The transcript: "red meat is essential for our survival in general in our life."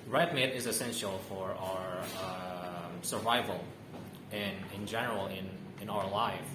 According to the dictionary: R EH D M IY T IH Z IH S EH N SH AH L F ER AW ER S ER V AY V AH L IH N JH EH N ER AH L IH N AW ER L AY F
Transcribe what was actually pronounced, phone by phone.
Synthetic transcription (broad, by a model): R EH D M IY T IH Z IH S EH N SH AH L F ER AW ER S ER V AY V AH L IH N JH EH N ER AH N IH N AW ER L AY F